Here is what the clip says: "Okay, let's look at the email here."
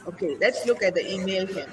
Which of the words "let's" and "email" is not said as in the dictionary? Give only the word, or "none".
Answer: none